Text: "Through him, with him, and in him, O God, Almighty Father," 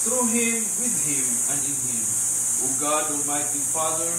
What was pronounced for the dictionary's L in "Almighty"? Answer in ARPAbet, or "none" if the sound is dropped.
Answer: none